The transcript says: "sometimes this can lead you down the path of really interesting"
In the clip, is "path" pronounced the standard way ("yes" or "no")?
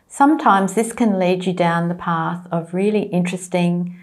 yes